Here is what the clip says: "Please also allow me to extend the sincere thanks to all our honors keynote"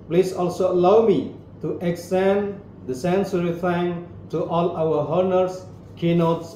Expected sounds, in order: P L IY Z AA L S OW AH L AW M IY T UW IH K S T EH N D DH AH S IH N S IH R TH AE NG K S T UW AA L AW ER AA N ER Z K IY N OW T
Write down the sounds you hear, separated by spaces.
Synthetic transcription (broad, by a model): P L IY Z AA L S OW AH L AW M IY T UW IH K S T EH N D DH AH S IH N S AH R F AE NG T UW AA L AW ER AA N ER S K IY N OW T